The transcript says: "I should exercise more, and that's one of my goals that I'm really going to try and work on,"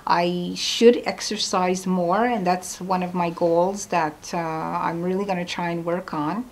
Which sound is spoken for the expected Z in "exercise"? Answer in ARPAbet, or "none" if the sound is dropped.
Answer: Z